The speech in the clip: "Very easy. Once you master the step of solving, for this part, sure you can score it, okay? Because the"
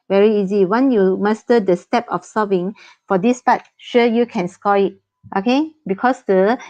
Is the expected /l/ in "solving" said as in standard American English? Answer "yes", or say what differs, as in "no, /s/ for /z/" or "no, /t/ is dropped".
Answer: no, /l/ is dropped